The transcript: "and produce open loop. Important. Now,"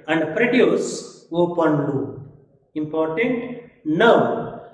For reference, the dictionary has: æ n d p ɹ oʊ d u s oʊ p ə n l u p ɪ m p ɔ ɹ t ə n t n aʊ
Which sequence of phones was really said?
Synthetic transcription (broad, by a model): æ n d p ɹ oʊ d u s oʊ p ə n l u ɪ m p ɔ ɹ t ə n t n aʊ